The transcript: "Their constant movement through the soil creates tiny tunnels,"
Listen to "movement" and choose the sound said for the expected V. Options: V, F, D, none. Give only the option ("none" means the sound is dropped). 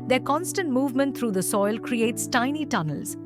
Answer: V